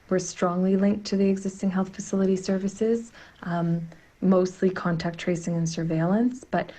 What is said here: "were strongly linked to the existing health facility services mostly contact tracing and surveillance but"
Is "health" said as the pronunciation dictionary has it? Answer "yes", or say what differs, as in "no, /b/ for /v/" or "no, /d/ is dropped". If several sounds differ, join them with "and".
yes